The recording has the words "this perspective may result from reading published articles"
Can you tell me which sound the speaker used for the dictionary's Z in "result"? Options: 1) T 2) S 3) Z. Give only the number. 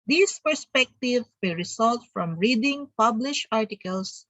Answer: 2